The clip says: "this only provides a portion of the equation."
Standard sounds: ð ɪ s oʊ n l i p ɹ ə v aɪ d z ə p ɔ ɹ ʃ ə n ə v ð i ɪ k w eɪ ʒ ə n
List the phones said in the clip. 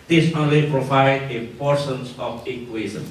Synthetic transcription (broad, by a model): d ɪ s oʊ n l i p ɹ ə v aɪ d ə p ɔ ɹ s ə n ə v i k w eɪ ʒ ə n